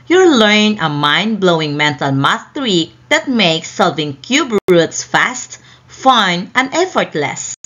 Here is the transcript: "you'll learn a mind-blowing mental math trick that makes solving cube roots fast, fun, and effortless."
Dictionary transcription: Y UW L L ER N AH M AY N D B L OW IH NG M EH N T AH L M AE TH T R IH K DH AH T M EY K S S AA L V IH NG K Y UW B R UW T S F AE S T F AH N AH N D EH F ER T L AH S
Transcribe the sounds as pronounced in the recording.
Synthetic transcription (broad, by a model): Y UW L L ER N AH M AY N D B L OW IH NG M EH N T AH L M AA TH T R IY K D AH T M EY K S S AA L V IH NG K Y UW B R UW T S F AE S T F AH N AH N D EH F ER T L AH S